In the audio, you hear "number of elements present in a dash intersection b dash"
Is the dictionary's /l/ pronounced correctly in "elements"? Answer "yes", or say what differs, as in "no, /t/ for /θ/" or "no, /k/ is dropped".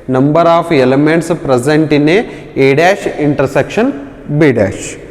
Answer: yes